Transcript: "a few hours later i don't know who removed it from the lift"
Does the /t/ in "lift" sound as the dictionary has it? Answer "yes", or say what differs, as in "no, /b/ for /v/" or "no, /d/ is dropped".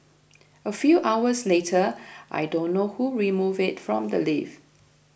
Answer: no, /t/ is dropped